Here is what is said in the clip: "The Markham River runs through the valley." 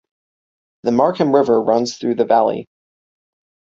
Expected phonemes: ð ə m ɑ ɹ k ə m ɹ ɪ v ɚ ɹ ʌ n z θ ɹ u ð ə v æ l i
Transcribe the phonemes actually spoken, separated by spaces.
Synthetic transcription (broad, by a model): ð ə m ɑ ɹ k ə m ɹ ɪ v ɚ ɹ ʌ n z θ ɹ u ð ə v æ l i